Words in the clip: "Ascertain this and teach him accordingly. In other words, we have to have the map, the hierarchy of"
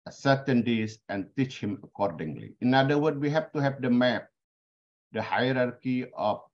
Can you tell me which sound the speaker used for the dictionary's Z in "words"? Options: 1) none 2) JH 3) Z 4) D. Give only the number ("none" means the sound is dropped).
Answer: 1